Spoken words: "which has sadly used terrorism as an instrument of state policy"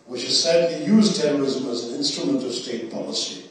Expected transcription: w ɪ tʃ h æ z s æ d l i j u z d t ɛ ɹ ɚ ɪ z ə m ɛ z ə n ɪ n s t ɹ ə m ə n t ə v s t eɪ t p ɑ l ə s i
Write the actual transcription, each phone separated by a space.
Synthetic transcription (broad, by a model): w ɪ tʃ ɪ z s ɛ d i j u z t ɛ ɹ ɚ ɪ z ə m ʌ z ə n ɪ n s t ɹ ə m ə n t ə v s t eɪ t p ɑ l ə s i